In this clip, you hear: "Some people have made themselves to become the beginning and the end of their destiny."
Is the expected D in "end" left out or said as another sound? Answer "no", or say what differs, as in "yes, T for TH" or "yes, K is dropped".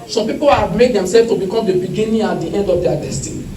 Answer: no